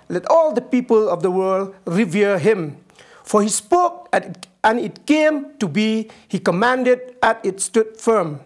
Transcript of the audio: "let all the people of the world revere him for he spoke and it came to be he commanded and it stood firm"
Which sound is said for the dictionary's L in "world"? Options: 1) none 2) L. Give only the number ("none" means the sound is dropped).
2